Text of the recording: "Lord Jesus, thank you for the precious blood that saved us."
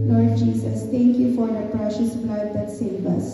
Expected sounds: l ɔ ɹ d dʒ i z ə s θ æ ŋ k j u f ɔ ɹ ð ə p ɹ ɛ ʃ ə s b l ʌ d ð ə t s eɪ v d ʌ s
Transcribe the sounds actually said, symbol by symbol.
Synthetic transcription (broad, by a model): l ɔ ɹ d dʒ i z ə s t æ ŋ k j u f ɔ ɹ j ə p ɹ ɛ ʃ ə s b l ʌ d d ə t s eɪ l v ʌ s